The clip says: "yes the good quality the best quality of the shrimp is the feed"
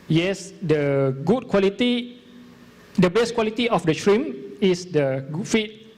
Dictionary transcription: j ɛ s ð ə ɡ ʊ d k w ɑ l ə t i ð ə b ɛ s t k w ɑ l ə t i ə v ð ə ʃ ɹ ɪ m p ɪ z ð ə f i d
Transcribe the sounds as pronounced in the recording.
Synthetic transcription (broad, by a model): j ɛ s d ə ɡ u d k w ɑ l ə t i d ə b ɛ s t k w ɑ l ə t i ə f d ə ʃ ɹ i m ɪ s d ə f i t